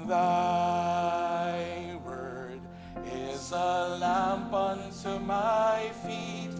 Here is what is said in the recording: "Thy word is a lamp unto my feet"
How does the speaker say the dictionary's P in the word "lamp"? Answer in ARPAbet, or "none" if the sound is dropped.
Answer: P